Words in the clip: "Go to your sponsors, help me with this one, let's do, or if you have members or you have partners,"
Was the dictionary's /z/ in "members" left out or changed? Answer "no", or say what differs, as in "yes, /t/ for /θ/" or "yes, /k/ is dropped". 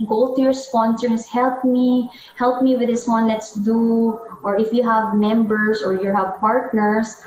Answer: yes, /s/ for /z/